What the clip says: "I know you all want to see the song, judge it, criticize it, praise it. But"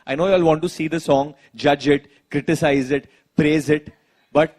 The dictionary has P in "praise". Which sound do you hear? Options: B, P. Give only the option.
P